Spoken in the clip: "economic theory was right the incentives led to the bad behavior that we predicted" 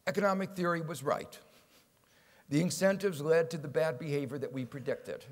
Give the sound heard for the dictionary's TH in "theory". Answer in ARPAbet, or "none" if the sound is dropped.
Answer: TH